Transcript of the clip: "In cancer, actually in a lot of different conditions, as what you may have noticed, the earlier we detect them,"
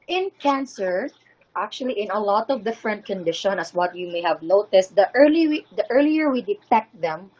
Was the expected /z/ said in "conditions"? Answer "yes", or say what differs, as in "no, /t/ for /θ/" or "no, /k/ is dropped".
no, /z/ is dropped